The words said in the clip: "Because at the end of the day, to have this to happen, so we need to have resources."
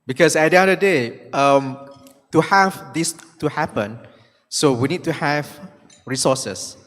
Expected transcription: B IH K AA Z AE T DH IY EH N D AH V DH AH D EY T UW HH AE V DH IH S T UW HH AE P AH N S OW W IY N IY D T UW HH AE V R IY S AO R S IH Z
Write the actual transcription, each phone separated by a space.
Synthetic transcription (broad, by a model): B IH K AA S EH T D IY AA D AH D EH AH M T UW HH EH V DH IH S T UW HH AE P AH N S OW W IY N IY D T UW HH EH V R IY S AO S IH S